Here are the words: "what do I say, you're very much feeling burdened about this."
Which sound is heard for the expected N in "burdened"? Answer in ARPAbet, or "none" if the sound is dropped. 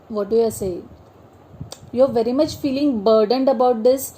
N